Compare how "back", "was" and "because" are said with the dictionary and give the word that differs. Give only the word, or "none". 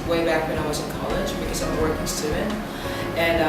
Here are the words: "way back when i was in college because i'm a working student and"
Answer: none